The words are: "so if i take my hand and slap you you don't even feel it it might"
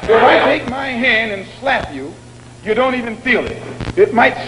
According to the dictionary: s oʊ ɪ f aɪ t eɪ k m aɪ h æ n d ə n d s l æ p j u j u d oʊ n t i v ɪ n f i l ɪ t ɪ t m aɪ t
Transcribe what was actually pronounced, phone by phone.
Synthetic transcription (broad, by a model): ɪ f aɪ t eɪ k m aɪ h æ n d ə n s l æ p j u j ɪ d oʊ n t i v ɪ n f i l ɪ t ɪ t m aɪ t